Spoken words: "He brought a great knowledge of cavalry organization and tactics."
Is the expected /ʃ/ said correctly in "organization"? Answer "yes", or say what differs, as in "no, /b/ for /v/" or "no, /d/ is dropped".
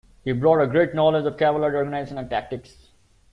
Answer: no, /s/ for /ʃ/